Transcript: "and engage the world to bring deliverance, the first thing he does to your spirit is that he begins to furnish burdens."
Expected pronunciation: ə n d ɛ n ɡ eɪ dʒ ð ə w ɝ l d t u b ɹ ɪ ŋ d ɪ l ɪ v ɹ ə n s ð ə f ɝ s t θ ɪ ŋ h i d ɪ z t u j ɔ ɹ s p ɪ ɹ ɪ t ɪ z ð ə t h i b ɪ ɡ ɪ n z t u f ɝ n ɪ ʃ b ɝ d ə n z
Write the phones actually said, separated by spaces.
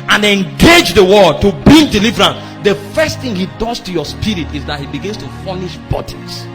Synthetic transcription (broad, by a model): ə n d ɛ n ɡ eɪ dʒ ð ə w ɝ d t u b ɪ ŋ d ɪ l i v ɹ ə n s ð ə f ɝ s t θ ɪ ŋ h i d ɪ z t u j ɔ s p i ɹ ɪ t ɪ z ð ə t h i b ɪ ɡ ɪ n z t u f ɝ n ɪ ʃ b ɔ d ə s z